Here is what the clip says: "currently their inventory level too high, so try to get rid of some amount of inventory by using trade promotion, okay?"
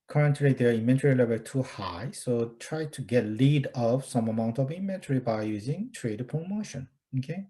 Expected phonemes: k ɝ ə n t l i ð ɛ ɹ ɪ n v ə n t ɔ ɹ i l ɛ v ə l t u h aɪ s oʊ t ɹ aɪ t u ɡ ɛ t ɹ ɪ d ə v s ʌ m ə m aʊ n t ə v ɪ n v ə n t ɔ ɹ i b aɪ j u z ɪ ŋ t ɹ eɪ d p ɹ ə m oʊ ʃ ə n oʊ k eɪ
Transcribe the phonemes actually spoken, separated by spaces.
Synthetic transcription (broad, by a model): k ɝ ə n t l i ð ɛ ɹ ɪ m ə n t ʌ ɹ i l ɛ v ə l t u h aɪ s oʊ t ɹ aɪ t u ɡ ɛ t l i d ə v s ʌ m ə m aʊ n t ə v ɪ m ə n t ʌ ɹ i b aɪ j u z ɪ ŋ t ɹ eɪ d p ɹ ə m oʊ ʃ ə n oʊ k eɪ